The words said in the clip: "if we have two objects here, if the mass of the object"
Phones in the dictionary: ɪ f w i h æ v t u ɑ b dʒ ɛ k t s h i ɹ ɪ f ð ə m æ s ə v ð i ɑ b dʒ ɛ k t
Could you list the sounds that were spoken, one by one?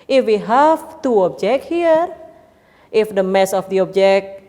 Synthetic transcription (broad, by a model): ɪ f w i h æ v t u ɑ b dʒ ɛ k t h i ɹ ɪ f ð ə m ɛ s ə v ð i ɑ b dʒ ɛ k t